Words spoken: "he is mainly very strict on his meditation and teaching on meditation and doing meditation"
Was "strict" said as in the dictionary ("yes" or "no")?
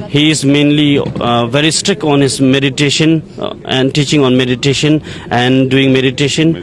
yes